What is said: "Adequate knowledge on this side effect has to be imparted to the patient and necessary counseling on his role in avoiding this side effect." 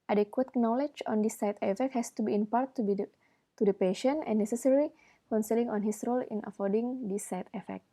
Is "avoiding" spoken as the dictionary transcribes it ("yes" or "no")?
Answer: no